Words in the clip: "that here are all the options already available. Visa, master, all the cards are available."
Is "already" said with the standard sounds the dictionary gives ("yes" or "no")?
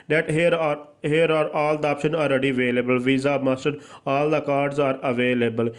yes